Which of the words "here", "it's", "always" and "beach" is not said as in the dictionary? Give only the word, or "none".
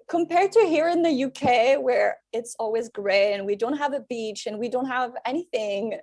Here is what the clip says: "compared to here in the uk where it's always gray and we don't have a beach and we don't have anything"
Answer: none